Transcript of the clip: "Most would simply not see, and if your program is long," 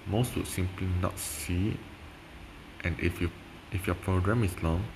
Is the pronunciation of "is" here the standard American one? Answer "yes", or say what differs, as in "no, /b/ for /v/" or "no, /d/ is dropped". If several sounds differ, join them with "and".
no, /s/ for /z/